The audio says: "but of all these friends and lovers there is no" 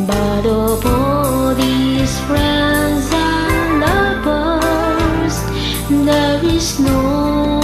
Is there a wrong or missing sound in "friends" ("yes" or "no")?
no